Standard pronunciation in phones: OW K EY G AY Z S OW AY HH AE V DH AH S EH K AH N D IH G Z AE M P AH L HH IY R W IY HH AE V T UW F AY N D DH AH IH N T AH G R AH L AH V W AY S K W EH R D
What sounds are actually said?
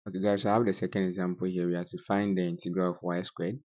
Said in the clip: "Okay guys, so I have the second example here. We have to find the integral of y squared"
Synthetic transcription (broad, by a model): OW K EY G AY S OW AY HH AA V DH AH S EH K AH N D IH G Z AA M P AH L HH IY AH W IY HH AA T UW F AY N D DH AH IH N T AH G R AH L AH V W AY S K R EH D